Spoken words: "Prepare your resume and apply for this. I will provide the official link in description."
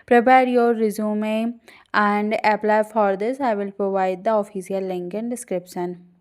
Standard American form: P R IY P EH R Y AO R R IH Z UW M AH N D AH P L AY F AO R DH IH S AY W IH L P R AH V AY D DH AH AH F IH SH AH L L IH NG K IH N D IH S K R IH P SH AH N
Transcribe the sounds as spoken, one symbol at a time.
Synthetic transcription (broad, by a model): P R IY P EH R Y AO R R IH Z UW M AH N D AH P L AY F AO R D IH S AY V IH L P R AH V AY D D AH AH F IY S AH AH L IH NG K IH N D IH S K R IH P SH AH N